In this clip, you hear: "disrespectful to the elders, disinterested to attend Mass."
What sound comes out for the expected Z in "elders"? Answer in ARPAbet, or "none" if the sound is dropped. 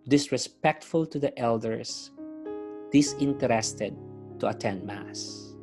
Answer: S